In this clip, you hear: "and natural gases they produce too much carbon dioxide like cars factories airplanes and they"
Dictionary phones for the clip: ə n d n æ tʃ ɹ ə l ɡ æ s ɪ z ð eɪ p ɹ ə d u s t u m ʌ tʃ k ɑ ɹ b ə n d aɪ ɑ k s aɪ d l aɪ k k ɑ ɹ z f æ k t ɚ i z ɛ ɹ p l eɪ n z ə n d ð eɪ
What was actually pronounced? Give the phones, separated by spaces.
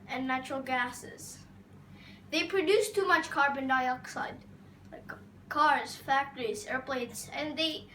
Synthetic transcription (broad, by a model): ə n n æ tʃ ɹ ə l ɡ æ s ɪ z ð eɪ p ɹ ə d u s t u m ʌ tʃ k ɑ ɹ b ə n d aɪ ɑ k s aɪ d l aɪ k k ɑ ɹ z f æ k t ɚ i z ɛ ɹ p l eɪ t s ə n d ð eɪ